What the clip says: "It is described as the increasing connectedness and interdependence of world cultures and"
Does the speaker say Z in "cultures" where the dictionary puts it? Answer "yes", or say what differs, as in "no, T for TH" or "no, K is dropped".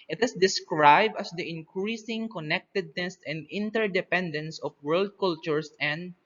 no, S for Z